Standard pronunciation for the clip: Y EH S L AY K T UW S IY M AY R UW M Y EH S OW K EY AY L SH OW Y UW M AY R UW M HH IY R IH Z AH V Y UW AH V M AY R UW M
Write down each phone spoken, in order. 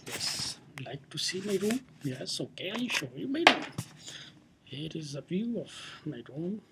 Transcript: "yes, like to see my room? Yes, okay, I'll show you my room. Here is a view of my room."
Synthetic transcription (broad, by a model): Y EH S L AY K T UW S IY M AY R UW Y EH S OW K EY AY N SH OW Y UW M AY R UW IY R IH Z AH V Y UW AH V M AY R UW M